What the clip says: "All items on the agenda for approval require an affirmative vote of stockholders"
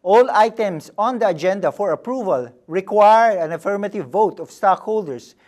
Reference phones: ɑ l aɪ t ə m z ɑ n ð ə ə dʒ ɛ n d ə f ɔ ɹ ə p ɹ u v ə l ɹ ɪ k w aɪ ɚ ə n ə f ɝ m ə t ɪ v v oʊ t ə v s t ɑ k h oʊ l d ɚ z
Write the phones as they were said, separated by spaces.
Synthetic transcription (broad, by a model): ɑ l aɪ t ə m s ɑ n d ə ə dʒ ɛ n d ə f ɔ ɹ ə p ɹ u v ə l ɹ ɪ k w aɪ ɚ ə n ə f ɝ m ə t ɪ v v oʊ t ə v s t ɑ k h oʊ l d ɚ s